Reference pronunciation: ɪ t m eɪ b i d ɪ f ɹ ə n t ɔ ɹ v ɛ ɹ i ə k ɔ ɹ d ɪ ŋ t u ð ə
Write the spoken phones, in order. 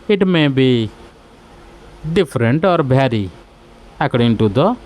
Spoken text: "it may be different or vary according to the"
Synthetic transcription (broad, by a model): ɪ t m eɪ b i d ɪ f ɹ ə n t ɔ ɹ b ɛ ɹ i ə k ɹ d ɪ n t u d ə